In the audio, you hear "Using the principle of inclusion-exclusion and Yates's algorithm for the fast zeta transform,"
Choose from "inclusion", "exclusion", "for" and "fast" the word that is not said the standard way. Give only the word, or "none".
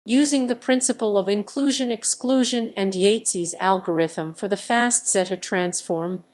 none